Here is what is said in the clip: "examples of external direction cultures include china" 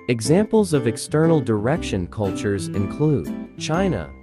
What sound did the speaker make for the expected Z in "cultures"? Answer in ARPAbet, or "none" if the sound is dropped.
Z